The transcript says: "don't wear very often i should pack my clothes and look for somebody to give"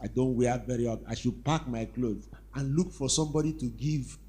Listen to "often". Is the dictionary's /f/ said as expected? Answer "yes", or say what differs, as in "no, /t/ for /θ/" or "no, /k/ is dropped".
no, /f/ is dropped